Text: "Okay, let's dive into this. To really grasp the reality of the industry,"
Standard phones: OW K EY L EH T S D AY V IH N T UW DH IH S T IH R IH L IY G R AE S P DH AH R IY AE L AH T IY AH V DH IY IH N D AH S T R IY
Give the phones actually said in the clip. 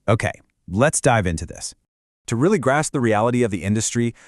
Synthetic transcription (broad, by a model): OW K EY L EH T S D AY V IH N T UW DH IH S T IH R IH L IY G R AE S P DH AH R IY AE L AH T IY AH V DH IY IH N D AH S T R IY